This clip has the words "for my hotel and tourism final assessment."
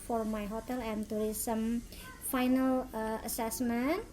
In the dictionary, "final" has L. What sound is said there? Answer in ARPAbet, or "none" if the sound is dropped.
L